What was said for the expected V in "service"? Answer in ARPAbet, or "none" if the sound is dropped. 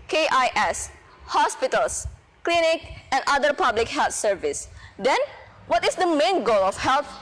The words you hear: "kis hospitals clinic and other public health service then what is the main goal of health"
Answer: V